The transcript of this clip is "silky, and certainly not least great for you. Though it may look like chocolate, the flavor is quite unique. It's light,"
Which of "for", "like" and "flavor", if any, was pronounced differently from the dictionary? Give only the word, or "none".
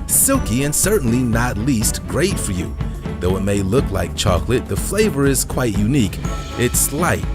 none